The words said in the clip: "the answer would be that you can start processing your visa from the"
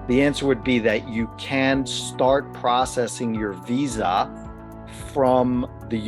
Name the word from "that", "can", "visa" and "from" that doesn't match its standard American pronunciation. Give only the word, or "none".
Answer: none